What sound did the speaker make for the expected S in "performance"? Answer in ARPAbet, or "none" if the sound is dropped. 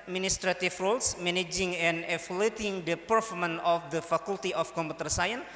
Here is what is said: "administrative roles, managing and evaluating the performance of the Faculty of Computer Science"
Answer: none